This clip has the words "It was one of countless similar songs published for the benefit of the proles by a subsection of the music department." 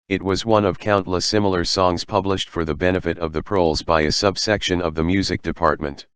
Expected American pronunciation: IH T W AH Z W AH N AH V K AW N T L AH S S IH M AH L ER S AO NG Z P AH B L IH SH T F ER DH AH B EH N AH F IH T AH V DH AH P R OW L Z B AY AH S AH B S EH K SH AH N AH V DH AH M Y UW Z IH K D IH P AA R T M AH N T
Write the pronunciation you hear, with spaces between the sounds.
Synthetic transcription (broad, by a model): IH T W AH Z W AH N AH V K AW N T L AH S S IH M L ER S AO NG Z P AH B L IH SH T F ER DH AH B EH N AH F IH T AH V DH AH P R OW L Z B AY AH S AH B S EH K SH AH N AH V DH AH M Y UW Z IH K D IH P AA R T M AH N T